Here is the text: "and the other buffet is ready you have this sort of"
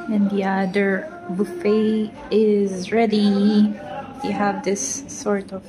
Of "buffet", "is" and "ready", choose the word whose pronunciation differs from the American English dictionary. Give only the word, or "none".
none